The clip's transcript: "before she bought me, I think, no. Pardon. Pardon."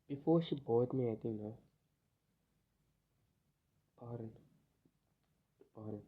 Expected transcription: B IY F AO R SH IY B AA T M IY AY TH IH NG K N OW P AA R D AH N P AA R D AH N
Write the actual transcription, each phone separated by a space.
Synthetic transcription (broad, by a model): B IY F AO SH IY B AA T M IY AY T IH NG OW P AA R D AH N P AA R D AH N